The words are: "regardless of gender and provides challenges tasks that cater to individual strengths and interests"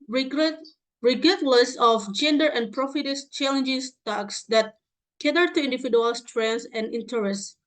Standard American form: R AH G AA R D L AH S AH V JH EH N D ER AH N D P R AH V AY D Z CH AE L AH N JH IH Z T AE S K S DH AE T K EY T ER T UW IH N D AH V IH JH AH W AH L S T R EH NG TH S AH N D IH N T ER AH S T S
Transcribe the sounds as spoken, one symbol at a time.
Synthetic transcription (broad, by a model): R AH G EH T L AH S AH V JH EH N D ER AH N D P R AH F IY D S CH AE L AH N JH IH S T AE K S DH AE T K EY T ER T UW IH N D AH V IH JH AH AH L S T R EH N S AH N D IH N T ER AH S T